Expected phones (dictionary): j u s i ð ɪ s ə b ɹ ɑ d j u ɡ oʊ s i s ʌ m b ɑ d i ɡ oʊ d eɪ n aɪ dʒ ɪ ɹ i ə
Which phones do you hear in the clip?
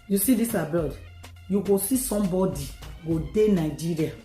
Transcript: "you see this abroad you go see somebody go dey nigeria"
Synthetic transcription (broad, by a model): j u s i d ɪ s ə b ɑ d j u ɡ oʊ s i s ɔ m b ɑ d i ɡ oʊ d eɪ n aɪ dʒ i ɹ i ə